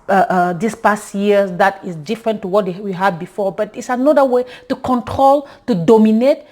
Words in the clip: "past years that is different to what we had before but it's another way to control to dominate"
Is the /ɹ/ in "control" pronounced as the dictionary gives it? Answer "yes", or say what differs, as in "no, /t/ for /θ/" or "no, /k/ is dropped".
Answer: yes